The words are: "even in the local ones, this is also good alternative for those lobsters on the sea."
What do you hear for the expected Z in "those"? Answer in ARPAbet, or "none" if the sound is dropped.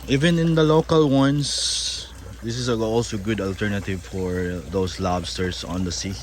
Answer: S